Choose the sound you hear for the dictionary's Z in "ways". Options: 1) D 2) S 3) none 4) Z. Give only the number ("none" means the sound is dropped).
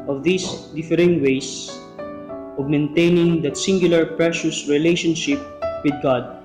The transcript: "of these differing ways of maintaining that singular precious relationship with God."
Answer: 2